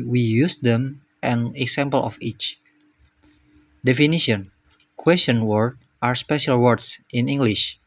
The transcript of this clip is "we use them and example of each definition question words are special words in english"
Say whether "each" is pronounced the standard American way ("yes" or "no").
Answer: yes